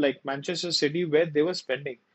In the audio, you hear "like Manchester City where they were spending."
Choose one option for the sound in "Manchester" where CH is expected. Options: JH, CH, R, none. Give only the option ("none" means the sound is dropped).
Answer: CH